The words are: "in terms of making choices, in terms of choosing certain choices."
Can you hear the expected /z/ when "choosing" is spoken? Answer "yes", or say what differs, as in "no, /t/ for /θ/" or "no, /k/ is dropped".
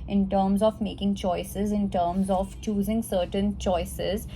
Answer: yes